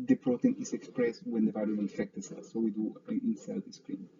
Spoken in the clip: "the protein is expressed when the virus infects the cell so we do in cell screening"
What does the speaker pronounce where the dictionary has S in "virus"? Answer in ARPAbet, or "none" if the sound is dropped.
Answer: none